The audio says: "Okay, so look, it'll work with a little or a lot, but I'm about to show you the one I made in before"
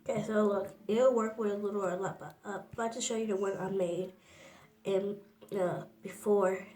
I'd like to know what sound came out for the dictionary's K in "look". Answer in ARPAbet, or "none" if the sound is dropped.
none